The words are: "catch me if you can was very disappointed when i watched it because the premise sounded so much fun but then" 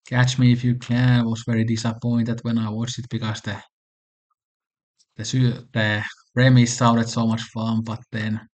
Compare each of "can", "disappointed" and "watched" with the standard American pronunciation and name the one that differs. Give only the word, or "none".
watched